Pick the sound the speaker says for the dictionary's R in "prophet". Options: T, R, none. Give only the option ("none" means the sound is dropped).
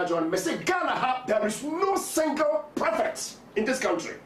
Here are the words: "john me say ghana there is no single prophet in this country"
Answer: none